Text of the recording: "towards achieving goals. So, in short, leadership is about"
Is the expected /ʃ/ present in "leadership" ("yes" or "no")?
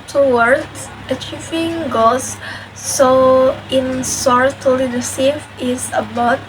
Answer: no